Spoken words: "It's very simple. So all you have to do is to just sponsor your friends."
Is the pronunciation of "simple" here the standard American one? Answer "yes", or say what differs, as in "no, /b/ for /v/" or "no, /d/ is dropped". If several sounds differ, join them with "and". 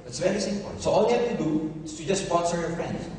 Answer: no, /n/ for /l/